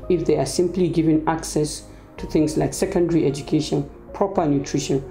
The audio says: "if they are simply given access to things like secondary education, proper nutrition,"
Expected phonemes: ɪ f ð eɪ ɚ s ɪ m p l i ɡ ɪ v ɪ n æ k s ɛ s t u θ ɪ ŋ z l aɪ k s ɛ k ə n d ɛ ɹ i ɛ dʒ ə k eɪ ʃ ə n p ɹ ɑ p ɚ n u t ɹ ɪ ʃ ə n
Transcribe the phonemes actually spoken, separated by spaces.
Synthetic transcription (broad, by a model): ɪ f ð eɪ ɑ s ɪ m p l i ɡ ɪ v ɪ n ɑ k s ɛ s t u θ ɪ ŋ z l aɪ k s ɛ k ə n d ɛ ɹ i ɛ dʒ ə k eɪ ʃ ə n p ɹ ɑ p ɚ n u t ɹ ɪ ʃ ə n